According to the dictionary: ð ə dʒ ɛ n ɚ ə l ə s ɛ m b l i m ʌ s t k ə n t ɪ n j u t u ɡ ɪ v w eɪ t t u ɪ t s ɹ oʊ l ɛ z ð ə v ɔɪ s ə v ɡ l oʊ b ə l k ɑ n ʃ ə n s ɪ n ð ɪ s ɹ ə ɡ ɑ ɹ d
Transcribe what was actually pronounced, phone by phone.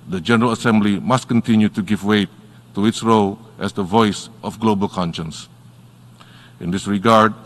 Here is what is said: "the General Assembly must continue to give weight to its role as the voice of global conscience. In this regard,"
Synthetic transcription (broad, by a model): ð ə dʒ ɛ n ɚ ə l ə s ɛ m b l i m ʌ s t k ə n t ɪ n j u t u ɡ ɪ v w eɪ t t u ɪ t s ɹ oʊ l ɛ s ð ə v ɔɪ s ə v ɡ l oʊ b ə l k ɑ n ʃ ə n s ɪ n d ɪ s ɹ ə ɡ ɑ ɹ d